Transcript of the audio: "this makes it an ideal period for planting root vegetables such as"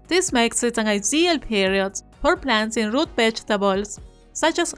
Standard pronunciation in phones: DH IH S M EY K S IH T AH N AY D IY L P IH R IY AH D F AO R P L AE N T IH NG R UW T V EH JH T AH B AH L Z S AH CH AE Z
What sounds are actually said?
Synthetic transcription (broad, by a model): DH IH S M EY K S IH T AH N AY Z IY L P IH R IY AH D F AO R P L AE N S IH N R UW T B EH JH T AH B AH L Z S AH CH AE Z